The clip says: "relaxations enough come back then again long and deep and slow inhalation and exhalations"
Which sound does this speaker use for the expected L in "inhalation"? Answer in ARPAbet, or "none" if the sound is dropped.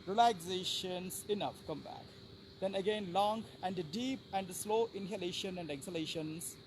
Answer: L